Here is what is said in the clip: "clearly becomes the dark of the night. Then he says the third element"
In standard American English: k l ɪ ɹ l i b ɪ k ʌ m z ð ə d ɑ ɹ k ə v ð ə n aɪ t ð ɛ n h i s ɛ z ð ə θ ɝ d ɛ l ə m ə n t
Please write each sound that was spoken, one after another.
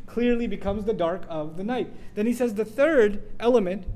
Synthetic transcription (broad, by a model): k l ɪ ɹ l i b ɪ k ʌ m z ð ə d ɑ ɹ k ə v ð ə n aɪ t ð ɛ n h i s ɛ z ð ə θ ɝ d ɛ l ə m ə n t